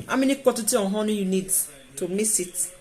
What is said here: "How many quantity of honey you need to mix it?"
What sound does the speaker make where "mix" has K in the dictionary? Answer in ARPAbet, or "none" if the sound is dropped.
none